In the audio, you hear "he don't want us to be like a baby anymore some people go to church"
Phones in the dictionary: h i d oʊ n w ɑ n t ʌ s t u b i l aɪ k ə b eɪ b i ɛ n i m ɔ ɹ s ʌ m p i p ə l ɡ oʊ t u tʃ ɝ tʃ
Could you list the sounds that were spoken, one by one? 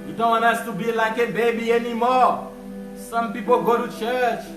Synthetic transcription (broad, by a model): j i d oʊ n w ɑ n ʌ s t u b i l aɪ k ə b eɪ b i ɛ n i m ɔ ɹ s ʌ m p i p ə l ɡ oʊ t u tʃ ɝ tʃ